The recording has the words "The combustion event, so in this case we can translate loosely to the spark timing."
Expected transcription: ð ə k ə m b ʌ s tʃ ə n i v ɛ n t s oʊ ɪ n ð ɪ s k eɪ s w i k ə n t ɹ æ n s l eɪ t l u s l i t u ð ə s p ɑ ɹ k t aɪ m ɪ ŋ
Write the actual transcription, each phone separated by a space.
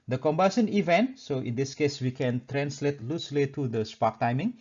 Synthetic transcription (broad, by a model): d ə k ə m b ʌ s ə n i v ɛ n t s oʊ ɪ n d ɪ s k eɪ s w i k ə n t ɹ æ n s l eɪ t l u s l i t u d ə s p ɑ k t aɪ m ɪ ŋ